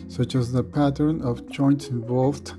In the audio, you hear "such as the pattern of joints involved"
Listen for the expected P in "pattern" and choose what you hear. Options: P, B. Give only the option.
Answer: P